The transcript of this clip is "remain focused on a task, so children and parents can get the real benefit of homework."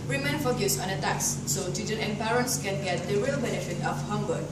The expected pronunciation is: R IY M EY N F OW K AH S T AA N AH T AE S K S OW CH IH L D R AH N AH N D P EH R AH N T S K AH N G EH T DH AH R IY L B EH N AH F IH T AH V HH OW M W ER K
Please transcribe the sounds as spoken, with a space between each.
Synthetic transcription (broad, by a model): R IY M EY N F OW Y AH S AA N AH T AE K S OW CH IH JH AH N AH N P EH R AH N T S K AH N G EH T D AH R IY L B EH N AH F IH T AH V HH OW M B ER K